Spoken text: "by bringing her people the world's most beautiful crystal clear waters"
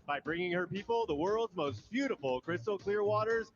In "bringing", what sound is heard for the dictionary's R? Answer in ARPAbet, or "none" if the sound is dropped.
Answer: R